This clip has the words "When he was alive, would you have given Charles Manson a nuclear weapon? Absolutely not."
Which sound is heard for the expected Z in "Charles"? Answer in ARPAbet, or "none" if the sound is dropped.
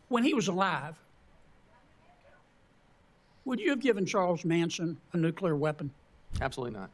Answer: Z